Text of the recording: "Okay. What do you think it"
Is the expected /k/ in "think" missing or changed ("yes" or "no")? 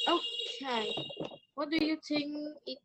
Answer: yes